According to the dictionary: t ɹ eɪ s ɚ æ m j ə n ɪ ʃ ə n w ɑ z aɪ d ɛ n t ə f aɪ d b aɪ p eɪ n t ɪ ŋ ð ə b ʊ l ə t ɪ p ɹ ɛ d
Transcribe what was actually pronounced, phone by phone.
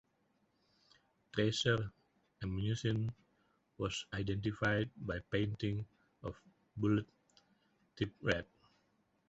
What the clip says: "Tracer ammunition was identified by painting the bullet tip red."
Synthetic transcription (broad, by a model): t ɹ eɪ s ɚ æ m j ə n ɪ s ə n w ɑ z aɪ d ɛ n t ə f aɪ d b aɪ p eɪ n t ɪ ŋ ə b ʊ l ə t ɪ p ɹ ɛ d